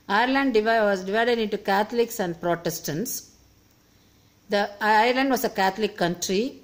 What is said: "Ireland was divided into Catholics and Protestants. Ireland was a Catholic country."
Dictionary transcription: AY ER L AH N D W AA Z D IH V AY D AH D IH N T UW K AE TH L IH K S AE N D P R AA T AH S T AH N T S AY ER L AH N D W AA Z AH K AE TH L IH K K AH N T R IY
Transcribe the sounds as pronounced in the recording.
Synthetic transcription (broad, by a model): AY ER L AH N D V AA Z D IH V AY D AH D IH N T UW K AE T L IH K S AE N D P R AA T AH S T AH N T S AY ER L AH N D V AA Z AH K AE T L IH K K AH N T R IY